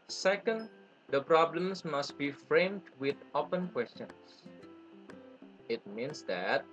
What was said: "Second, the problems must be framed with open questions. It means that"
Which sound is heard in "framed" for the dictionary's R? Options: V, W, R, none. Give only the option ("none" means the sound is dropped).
R